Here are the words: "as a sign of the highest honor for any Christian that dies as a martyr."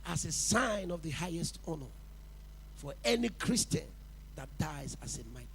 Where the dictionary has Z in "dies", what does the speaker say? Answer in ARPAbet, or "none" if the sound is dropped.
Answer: Z